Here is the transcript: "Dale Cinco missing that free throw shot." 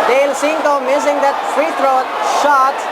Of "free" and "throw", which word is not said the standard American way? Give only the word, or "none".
throw